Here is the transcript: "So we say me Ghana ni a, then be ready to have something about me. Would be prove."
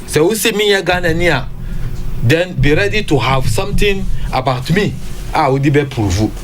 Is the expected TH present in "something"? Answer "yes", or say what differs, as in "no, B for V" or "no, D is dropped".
no, T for TH